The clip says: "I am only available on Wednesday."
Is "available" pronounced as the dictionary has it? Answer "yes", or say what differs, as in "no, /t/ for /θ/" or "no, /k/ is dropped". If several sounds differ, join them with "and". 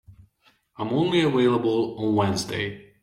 no, /w/ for /v/